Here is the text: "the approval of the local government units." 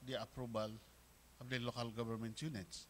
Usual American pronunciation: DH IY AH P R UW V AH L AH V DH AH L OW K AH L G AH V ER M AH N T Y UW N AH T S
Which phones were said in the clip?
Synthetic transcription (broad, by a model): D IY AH P R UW B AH L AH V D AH L OW K AH L G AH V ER M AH N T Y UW N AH T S